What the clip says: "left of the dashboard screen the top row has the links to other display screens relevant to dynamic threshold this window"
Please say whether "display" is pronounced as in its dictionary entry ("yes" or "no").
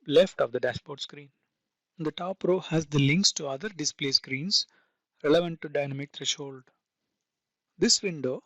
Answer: yes